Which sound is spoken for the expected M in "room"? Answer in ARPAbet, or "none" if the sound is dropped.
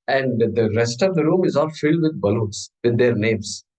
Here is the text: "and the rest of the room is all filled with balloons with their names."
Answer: M